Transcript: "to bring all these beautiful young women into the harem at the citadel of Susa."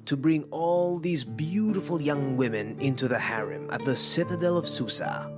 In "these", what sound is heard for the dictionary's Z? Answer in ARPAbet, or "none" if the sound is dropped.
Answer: Z